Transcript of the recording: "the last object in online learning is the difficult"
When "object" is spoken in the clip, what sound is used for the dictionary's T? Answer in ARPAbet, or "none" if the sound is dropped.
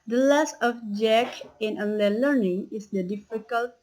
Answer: none